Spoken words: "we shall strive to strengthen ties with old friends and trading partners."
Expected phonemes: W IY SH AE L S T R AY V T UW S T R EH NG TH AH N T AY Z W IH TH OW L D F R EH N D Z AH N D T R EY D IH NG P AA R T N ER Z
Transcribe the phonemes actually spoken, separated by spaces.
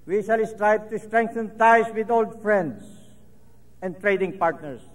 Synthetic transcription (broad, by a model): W IY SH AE L S T R AY B T UW S T R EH NG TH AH N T AY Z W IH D OW L D F R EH N D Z AH N D T R EY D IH NG P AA R T N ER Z